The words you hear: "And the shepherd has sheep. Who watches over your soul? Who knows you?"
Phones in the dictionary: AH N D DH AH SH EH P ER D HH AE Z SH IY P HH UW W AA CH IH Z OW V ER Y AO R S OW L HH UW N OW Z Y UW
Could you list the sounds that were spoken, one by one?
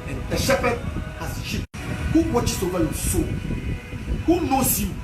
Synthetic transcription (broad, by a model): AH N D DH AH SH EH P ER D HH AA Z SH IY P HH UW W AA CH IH S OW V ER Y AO S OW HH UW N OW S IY